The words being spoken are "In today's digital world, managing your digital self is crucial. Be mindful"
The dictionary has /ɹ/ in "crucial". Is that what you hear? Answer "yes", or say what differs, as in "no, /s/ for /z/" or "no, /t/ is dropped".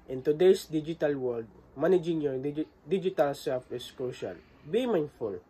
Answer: no, /l/ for /ɹ/